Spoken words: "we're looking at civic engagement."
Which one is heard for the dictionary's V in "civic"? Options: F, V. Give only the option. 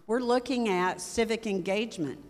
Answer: V